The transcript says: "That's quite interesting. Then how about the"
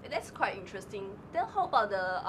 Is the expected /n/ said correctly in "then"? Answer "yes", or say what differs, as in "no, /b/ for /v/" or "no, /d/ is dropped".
no, /l/ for /n/